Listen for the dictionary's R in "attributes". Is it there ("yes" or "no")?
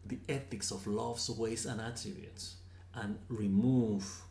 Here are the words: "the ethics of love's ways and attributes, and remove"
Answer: no